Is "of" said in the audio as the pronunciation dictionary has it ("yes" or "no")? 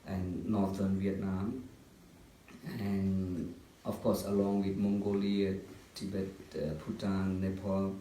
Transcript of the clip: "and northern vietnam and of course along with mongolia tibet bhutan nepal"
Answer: no